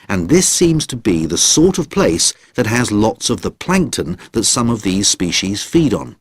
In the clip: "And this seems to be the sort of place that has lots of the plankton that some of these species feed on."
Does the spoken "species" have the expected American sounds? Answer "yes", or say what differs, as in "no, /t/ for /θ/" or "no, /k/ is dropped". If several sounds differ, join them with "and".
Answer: yes